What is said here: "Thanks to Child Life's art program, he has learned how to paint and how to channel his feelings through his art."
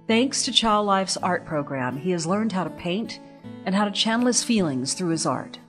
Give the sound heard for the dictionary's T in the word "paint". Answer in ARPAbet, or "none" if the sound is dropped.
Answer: T